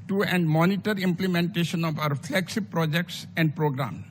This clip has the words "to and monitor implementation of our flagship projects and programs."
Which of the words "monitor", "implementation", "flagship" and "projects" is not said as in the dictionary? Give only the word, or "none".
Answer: flagship